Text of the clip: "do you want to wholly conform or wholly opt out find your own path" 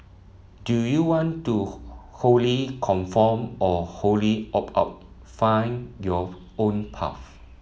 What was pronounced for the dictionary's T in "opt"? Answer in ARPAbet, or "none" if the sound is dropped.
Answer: none